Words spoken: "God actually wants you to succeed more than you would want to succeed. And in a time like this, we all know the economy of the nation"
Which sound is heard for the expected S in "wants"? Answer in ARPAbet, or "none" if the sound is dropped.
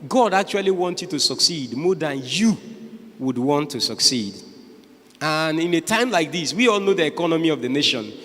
none